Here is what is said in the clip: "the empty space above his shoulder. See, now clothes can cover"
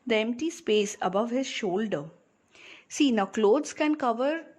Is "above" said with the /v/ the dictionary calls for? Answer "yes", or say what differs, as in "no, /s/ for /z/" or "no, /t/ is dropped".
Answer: yes